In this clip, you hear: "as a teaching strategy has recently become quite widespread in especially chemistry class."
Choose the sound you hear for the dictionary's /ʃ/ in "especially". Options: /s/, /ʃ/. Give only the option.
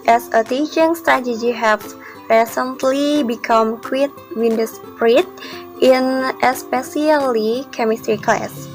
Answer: /s/